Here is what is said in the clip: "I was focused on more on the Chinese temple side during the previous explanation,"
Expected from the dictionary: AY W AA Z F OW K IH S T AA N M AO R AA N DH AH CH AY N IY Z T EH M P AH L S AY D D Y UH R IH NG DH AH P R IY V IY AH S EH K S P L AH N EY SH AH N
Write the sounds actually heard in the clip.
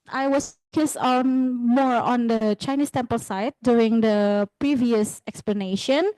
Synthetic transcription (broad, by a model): AY W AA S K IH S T AA N M AO R AA N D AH CH AY N IY S T EH M P AH L S AY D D Y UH R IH NG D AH P R IY V IY AH S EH K S P L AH N EY SH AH N